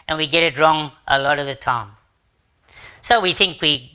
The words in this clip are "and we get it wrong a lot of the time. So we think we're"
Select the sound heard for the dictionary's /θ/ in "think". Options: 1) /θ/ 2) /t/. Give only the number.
1